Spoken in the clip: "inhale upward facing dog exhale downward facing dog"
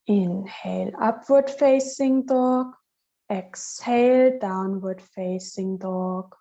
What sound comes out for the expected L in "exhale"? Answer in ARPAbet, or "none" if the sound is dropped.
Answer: L